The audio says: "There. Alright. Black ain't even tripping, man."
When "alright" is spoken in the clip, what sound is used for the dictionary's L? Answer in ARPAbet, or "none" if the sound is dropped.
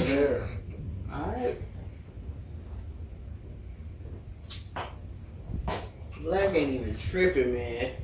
none